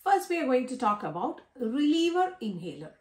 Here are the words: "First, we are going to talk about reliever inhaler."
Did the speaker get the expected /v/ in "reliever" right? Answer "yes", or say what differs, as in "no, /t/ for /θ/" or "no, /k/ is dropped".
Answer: yes